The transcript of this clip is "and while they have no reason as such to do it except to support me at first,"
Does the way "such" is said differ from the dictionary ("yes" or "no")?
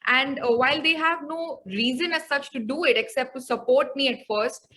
no